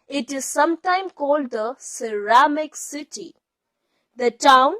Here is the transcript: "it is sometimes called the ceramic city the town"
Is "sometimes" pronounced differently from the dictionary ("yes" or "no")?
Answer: yes